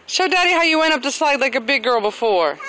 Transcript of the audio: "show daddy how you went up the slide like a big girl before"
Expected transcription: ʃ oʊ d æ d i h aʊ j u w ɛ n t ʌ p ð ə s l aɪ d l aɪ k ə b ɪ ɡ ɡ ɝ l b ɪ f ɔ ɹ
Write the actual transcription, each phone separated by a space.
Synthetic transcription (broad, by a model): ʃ oʊ d æ d i h aʊ j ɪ w ɛ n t ʌ p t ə s l aɪ d l aɪ k ə b ɪ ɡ ɡ ɝ l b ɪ f ɔ ɹ